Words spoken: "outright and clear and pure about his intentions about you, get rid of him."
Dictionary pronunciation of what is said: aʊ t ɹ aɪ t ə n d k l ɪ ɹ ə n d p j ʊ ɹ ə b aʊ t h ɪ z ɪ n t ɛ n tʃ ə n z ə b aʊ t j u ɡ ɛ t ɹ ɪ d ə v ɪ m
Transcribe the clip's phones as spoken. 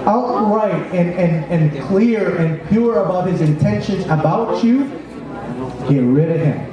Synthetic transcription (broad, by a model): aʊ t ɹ aɪ t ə n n k l ɪ ɹ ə n p j ʊ ɹ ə b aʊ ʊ h ɪ z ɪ n t ɛ n ʃ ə n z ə b aʊ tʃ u ɡ ɛ t ɹ ɪ d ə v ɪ m